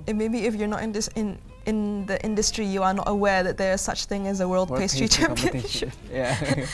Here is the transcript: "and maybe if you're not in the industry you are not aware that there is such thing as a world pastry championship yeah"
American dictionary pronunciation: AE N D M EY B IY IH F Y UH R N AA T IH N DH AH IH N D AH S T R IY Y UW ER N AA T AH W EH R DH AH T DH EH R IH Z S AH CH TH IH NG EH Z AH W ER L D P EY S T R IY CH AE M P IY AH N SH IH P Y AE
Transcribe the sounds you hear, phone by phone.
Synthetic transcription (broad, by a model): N M EY B IY IH F Y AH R N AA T IH N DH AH IH N D AH S T R IY Y UW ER N AA T AH W EH R DH AH T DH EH R IH Z S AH CH TH IH NG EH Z AH W ER L D P EY S T R IY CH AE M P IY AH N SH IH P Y